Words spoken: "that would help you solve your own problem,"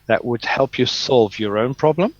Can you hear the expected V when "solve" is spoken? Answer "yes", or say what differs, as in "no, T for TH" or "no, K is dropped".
yes